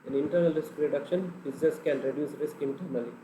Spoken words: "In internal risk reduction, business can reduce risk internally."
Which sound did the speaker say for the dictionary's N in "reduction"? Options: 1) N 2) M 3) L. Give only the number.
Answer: 1